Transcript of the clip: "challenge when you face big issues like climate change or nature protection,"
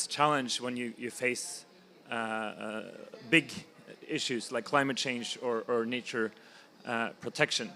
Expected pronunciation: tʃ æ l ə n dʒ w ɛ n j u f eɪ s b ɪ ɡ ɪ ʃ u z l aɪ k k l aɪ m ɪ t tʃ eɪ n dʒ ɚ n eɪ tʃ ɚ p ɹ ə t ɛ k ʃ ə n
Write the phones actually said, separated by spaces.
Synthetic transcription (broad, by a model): tʃ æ l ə n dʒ w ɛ n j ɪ f eɪ s b ɪ ɡ ɪ ʃ u z l aɪ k k l aɪ m ɪ t tʃ eɪ n dʒ ɚ n eɪ tʃ ɚ p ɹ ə t ɛ k ʃ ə n